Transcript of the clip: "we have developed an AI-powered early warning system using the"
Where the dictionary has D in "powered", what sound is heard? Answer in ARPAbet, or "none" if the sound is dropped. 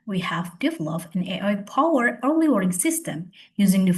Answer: none